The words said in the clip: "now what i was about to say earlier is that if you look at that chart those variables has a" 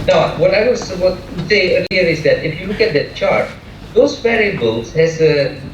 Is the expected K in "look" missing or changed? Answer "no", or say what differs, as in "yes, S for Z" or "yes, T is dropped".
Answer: no